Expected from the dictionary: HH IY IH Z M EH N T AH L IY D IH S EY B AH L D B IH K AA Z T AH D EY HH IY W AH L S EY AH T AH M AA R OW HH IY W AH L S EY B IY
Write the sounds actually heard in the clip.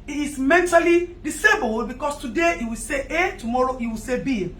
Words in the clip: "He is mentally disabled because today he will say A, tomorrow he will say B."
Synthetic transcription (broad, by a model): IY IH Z M EH N T AH L IY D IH S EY B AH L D B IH K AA S T AH D EY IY W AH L S EY AH T AH M AA R OW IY W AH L S EY B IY